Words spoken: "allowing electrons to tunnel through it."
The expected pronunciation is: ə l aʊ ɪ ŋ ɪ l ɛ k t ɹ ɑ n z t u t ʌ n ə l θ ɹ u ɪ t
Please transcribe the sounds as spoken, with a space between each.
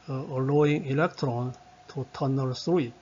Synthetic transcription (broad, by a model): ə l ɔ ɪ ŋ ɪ l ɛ k t ɹ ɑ n t u t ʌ n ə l s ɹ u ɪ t